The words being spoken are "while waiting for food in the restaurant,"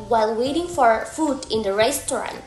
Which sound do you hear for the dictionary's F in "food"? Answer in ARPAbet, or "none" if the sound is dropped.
F